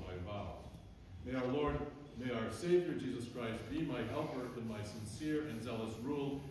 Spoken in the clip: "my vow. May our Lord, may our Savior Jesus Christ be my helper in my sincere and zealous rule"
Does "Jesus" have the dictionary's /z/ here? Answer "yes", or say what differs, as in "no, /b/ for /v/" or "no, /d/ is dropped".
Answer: yes